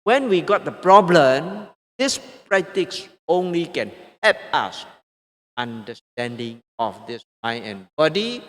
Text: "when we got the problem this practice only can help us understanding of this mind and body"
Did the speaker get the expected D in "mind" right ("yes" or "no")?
no